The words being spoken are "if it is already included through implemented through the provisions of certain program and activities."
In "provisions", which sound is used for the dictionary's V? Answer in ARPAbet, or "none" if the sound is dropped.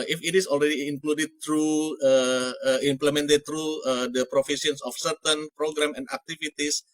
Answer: F